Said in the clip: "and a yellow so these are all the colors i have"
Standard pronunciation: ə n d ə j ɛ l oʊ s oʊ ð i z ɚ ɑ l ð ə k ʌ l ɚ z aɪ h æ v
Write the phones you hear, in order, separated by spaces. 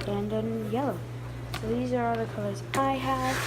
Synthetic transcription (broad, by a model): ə n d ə j ɛ l oʊ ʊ ð i z ɚ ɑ ð ə k ʌ l ɚ z aɪ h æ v